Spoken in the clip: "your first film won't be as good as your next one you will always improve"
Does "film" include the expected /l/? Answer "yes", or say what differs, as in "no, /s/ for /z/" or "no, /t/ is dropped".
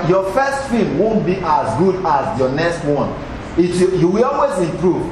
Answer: no, /l/ is dropped